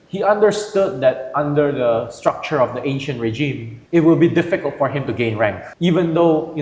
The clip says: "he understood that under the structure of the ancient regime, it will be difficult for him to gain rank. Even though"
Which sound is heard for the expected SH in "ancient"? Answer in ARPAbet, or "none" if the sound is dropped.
SH